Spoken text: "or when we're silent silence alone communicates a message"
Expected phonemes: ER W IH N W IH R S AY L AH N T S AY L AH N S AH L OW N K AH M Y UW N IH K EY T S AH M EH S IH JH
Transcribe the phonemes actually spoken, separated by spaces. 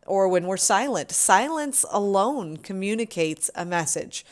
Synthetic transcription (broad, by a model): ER W IH N W IH R S AY L AH N T S AY L AH N S AH L OW N K AH M Y UW N IH K EY T S AH M EH S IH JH